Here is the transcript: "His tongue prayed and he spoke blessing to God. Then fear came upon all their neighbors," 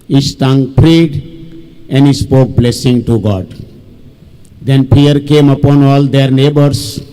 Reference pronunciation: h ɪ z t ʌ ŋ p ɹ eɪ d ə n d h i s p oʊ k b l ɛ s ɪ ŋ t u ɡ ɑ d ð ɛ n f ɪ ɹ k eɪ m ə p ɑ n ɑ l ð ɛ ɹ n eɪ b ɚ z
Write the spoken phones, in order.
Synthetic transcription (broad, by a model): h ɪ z t ʌ ŋ p ɹ eɪ d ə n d h i s p oʊ k b l ɛ s ɪ ŋ t u ɡ ɑ d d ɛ n p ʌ ɹ k eɪ m ə p ɑ n ɑ l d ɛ ɹ n eɪ b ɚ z